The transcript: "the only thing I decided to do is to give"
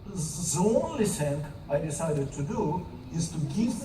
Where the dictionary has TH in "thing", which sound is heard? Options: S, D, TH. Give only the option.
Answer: S